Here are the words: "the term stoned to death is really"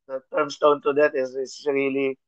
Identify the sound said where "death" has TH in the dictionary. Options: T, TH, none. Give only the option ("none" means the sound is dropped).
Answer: T